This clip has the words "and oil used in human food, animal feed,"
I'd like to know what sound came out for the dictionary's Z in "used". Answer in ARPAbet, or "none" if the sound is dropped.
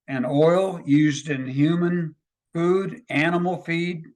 Z